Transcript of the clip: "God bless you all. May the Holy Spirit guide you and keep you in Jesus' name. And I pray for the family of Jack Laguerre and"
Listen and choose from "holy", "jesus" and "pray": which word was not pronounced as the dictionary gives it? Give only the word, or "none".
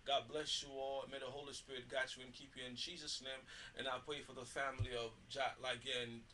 none